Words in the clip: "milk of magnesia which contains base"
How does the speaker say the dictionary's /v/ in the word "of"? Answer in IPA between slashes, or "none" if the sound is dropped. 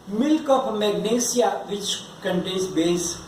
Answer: /p/